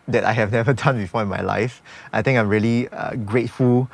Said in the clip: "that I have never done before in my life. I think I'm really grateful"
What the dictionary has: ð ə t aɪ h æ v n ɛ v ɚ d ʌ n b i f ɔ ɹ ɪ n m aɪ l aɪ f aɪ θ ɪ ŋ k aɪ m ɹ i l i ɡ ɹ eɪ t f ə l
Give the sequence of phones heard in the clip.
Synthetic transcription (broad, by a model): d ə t aɪ h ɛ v n ɛ v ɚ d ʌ n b i f ɔ ɪ n m aɪ l aɪ f aɪ t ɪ ŋ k aɪ m ɹ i l i ɡ ɹ eɪ t f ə l